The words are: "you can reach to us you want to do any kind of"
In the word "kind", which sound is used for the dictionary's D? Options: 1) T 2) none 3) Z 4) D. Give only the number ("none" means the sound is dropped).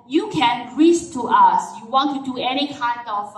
4